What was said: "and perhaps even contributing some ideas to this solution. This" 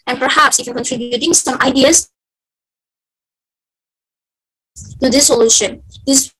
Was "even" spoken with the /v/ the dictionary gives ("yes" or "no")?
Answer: no